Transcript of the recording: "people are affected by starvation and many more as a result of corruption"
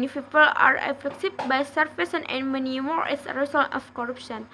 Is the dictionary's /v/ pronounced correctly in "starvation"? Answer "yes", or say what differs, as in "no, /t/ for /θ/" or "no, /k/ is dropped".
no, /f/ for /v/